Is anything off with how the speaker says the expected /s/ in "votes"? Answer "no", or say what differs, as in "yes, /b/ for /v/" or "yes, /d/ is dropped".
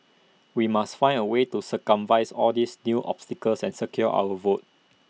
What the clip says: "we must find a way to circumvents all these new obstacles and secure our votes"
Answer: yes, /s/ is dropped